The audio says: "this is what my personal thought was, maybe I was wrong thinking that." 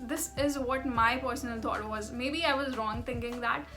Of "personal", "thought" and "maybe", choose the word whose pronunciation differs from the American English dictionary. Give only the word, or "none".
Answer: thought